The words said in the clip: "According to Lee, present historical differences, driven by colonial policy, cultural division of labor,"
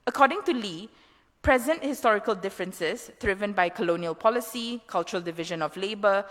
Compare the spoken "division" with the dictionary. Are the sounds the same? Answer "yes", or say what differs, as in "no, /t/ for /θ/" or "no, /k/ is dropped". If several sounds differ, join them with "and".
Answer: yes